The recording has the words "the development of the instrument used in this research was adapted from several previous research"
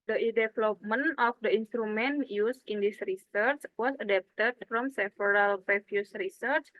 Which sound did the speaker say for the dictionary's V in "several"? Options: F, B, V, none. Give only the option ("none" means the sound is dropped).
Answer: F